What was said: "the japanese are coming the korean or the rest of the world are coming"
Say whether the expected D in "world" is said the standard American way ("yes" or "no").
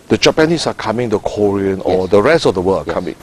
no